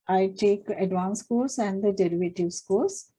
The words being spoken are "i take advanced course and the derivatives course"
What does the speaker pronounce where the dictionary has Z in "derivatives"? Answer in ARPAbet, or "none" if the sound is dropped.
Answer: S